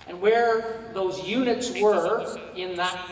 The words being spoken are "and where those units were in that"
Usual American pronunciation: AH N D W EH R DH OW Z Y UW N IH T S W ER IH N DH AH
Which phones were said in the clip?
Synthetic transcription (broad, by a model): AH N W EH R DH OW Z Y UW N IH T S W ER IH N DH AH